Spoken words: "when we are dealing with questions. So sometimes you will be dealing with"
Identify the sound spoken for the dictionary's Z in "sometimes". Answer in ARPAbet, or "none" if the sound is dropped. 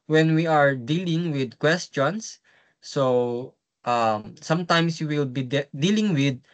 S